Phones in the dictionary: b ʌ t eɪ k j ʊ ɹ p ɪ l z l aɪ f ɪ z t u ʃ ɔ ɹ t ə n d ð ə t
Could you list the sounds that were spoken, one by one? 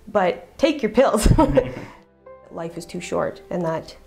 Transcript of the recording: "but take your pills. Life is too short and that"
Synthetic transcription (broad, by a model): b ʌ t eɪ k j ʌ ɹ p ɪ l z l aɪ f ɪ z t u ʃ ɔ ɹ t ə n ð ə t